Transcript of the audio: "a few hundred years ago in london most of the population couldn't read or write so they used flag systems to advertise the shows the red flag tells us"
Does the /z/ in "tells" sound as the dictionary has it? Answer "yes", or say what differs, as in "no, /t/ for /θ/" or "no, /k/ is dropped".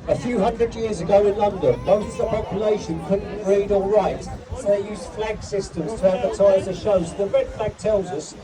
yes